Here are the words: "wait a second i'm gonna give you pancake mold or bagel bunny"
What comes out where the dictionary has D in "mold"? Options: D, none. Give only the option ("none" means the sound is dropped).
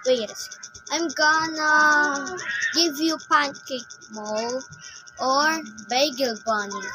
none